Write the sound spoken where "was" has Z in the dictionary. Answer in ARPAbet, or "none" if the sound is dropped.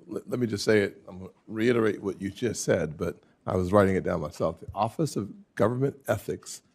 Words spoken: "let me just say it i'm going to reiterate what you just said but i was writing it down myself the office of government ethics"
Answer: Z